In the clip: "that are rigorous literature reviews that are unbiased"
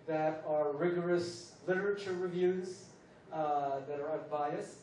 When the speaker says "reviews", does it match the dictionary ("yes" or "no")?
yes